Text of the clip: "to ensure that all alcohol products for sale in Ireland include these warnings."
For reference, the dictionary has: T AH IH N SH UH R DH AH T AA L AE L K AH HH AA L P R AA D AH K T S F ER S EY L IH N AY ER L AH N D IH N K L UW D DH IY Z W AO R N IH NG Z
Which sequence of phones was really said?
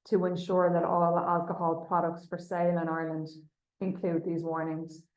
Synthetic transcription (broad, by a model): T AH IH N SH UH R DH AH T AA L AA L K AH HH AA L P R AA D AH K T S F ER S EY L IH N AY L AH N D IH N K L UW D DH IY Z W AO R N IH NG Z